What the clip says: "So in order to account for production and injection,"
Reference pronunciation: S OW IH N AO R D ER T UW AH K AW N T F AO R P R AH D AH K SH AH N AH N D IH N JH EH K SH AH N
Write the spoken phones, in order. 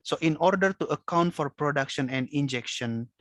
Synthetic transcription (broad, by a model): S OW IH N AO R D ER T UW AH K AW N T F AO R P R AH D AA K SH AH N AH N D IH N JH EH K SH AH N